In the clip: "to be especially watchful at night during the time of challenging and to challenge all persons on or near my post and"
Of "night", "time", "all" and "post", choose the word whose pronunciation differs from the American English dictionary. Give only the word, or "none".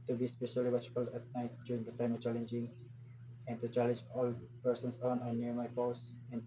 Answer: post